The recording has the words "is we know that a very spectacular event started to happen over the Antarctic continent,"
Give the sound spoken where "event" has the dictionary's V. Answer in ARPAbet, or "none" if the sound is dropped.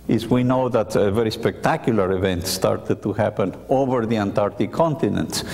V